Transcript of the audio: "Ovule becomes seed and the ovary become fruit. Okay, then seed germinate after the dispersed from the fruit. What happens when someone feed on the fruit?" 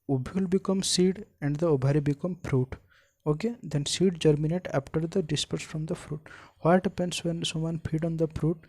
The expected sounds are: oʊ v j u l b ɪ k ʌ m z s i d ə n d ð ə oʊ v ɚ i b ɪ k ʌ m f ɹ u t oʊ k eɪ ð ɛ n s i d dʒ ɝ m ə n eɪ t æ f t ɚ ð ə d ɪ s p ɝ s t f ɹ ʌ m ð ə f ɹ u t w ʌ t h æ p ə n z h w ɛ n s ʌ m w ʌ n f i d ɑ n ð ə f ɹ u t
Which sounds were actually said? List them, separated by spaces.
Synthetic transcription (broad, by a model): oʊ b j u l b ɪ k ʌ m s i d ə n d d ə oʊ b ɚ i b ɪ k ʌ m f ɹ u t oʊ k eɪ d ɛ n s i d dʒ ɝ m ə n eɪ t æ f t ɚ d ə d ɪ s p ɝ s f ɹ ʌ m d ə f ɹ u t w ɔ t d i p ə n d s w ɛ n s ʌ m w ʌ n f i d ɑ n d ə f ɹ u t